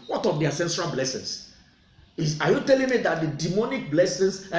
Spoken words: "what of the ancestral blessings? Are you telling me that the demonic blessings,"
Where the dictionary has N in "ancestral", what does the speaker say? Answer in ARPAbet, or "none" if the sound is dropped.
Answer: none